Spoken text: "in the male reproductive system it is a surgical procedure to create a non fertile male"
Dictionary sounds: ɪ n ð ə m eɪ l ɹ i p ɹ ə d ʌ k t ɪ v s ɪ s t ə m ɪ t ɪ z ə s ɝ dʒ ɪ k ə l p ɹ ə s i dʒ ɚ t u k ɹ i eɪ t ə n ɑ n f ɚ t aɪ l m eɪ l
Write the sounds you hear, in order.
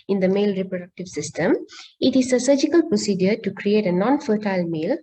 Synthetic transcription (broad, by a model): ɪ n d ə m eɪ l ɹ i p ɹ ə d ʌ k t ɪ v s ɪ s t ə m ɪ t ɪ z ə s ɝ dʒ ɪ k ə l p ɹ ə s i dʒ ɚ t u k ɹ i eɪ t ə n ɑ n f ɚ t aɪ l m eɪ l